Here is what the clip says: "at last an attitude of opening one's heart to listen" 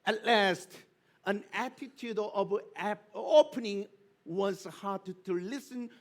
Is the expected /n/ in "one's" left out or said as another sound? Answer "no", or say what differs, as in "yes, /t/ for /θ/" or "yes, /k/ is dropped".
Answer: yes, /n/ is dropped